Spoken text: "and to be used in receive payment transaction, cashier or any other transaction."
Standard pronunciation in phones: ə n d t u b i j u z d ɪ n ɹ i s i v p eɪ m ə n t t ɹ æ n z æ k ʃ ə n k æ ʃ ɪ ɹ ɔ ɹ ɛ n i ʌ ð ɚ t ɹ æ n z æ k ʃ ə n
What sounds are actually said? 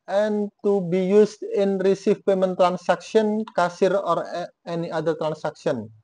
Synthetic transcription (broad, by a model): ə n t u b i j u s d ɪ n ɹ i s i f p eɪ m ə n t t ɹ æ n s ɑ k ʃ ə n k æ s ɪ ɹ ɔ ɹ ɛ n i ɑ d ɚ t ɹ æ n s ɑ k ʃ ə n